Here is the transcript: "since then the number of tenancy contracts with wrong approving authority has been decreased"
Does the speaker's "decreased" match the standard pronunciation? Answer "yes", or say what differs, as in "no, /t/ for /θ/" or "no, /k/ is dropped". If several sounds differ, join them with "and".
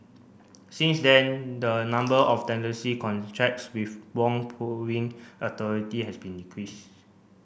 no, /t/ is dropped